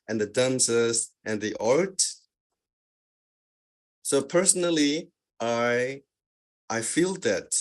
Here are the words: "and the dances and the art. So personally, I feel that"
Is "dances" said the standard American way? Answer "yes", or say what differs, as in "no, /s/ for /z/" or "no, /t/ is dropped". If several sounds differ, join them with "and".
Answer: yes